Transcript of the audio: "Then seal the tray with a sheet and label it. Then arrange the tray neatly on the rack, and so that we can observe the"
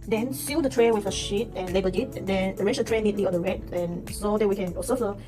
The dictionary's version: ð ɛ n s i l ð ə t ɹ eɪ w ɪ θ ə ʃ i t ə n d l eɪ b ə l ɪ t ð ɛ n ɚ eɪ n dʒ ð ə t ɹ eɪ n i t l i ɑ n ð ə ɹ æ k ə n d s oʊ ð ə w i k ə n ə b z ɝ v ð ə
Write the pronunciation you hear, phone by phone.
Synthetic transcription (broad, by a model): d ɛ n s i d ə t ɹ eɪ w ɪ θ ə ʃ i t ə n l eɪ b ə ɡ ɪ t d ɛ n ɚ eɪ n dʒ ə t ɹ eɪ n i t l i ɑ n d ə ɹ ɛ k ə n s oʊ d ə w i k ə n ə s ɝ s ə